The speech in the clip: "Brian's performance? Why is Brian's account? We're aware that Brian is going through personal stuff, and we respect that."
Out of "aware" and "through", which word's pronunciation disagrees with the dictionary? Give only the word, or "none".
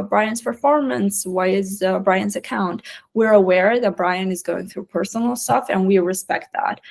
none